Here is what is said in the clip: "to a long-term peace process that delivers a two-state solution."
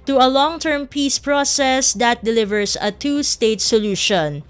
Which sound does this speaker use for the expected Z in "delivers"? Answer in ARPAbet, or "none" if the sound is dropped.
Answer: S